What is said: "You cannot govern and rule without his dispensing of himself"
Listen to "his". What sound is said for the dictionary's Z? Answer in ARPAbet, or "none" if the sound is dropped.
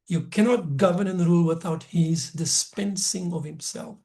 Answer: Z